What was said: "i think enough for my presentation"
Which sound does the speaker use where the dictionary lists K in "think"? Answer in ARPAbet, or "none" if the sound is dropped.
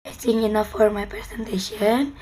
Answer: none